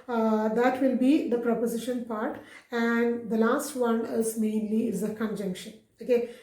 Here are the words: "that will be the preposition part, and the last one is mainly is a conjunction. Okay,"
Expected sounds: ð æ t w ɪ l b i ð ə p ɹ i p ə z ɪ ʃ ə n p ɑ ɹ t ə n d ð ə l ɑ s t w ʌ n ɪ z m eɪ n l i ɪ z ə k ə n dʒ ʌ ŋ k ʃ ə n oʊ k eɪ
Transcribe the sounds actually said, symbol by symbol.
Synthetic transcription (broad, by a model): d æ t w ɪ l b i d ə p ɹ i p ə z ɪ ʃ ə n p ɑ ɹ t ə n d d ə l ɑ s t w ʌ n ɪ z m eɪ n l i ɪ z ə k ə n dʒ ʌ ŋ k ʃ ə n oʊ k eɪ